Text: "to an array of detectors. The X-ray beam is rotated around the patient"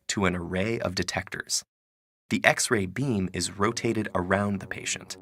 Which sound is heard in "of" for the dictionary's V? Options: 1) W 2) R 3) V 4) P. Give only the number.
3